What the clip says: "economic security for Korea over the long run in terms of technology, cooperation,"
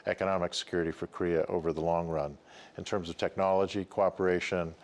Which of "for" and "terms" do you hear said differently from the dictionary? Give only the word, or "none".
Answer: none